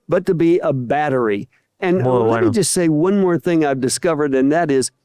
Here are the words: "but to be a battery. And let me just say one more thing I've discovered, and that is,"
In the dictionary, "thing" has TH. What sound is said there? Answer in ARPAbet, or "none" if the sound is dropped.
TH